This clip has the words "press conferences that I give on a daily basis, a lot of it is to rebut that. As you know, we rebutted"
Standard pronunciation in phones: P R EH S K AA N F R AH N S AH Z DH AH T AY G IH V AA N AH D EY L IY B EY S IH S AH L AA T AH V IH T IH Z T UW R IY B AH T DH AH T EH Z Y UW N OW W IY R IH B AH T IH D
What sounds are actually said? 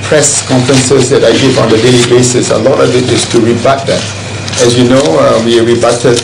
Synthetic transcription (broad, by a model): P R EH S K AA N F R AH N S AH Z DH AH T AY G IH V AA N AH D EY L IY B EY S IH S AH L AA T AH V IH T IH S T UW R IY B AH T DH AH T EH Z Y UW N OW W IY R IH B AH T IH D